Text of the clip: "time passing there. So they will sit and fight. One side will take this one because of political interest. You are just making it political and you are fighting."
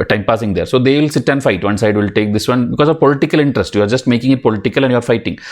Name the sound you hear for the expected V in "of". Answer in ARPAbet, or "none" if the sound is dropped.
V